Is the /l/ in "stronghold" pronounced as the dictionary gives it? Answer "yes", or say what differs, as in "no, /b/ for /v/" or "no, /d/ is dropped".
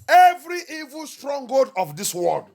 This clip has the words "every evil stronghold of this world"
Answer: no, /l/ is dropped